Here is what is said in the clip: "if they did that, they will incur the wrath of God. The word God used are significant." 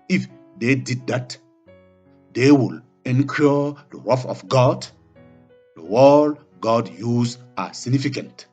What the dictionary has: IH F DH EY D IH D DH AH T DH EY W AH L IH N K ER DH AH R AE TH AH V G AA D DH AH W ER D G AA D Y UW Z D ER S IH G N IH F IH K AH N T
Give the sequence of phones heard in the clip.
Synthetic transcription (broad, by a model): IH F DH EY D IH D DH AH T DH EY W AH L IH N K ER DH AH W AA F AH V G AA D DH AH W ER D G AA D Y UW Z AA S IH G N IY F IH K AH N T